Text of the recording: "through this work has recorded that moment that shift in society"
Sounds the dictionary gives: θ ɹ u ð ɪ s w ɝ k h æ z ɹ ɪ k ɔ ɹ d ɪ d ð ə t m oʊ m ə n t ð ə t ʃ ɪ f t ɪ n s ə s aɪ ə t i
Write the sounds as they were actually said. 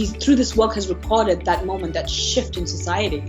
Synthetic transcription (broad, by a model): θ ɹ u ð ɪ s w ɝ k h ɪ z ɹ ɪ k ɔ ɹ d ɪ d ð ə t m oʊ m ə n ð ə t ʃ ɪ f t ɪ n s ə s aɪ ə t i